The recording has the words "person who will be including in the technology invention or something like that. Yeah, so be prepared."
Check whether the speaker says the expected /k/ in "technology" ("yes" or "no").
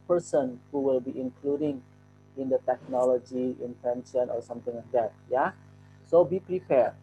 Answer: yes